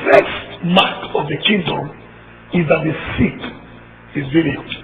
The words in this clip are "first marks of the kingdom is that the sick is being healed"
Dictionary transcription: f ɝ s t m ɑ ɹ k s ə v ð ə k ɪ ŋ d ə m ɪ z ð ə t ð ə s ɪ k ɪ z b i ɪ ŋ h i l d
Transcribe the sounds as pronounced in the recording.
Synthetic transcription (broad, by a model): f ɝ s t m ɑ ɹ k ə v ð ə k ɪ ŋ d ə m ɪ z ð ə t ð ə s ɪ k ɪ z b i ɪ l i